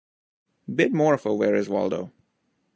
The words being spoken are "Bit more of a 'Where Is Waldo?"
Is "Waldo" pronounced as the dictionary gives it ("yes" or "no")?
yes